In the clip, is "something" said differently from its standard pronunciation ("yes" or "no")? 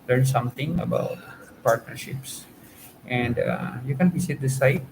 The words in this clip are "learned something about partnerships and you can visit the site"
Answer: yes